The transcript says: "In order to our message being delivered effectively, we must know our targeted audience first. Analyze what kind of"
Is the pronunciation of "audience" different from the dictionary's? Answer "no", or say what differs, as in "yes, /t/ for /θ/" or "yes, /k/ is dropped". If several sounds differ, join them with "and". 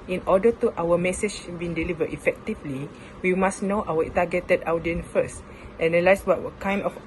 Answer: yes, /s/ is dropped